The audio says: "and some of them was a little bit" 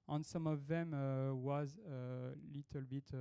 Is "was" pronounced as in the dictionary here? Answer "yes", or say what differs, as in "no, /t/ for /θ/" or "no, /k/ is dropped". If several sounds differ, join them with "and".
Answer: yes